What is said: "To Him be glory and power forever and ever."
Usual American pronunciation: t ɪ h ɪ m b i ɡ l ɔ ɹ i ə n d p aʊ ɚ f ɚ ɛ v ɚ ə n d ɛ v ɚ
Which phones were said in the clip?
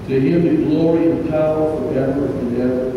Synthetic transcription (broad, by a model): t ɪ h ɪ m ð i ɡ l ɔ ɹ i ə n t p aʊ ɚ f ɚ ɛ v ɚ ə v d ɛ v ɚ